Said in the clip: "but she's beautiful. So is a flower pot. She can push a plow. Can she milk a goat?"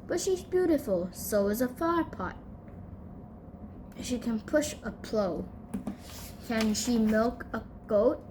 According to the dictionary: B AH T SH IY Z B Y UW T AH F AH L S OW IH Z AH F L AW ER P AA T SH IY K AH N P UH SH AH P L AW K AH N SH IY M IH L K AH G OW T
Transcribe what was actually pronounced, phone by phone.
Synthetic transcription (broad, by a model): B AH T SH IY Z B Y UW T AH F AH L S OW IH Z AH F AW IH P AA T SH IY K AH N P UH SH AH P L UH K AH N SH IY M IH L K AH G OW T